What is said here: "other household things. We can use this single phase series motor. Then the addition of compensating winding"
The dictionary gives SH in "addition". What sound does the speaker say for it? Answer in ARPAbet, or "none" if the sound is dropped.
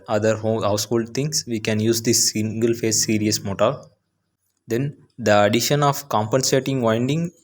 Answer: SH